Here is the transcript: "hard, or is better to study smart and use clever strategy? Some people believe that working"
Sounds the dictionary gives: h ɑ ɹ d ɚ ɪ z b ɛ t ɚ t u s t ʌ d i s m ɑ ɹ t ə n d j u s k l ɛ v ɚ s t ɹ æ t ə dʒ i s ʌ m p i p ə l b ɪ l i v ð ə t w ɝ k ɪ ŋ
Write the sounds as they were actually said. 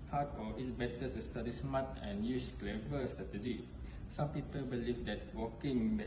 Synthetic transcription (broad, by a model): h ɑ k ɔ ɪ s b ɛ t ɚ t u s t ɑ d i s m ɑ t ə n j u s k l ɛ v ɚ s t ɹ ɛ t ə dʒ i s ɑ m p i p ə l b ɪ l i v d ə t w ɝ k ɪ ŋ